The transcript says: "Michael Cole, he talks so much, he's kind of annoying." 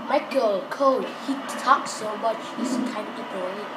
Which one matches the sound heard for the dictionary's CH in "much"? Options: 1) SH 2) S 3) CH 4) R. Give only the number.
3